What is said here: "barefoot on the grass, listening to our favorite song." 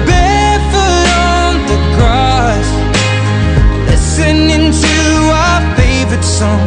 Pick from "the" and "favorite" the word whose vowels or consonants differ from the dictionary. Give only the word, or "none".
none